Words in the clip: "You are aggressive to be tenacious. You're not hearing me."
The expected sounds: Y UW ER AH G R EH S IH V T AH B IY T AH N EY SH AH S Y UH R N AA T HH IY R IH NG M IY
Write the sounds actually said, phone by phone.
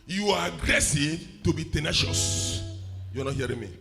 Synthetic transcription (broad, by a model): Y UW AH G R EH S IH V T AH B IY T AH N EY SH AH S Y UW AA N AA T HH IY R IH NG M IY